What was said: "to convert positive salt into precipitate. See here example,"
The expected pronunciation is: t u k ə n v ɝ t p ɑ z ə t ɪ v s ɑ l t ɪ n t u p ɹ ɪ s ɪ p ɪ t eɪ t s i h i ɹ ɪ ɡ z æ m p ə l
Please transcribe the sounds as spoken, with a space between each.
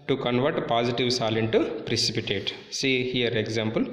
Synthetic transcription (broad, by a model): t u k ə n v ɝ t p ɑ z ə t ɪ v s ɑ l ɪ n t u p ɹ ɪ s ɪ p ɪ t eɪ t s i h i ɹ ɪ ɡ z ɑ m p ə l